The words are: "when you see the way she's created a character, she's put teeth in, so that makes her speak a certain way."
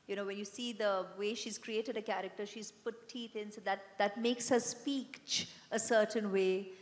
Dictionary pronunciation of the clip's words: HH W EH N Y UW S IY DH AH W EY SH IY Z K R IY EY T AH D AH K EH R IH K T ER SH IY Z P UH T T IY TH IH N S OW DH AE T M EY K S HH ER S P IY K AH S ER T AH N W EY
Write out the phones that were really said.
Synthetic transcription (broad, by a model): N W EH N Y UW S IY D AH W EY SH IY Z K R IY EY T AH D AH K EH R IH K T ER SH IY Z P UH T T IY T IH N S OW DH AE T M EY K S HH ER S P IY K AH S ER T AH N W EY